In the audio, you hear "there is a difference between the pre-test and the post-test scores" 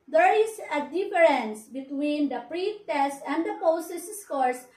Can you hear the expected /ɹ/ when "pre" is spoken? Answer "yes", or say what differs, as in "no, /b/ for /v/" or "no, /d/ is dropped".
yes